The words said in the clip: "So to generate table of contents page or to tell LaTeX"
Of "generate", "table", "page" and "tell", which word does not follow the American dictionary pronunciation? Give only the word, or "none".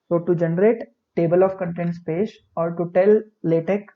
page